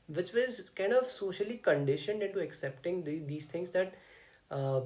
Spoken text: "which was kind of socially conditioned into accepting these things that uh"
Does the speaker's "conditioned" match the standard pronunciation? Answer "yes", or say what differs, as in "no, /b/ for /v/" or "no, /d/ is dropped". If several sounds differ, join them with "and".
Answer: yes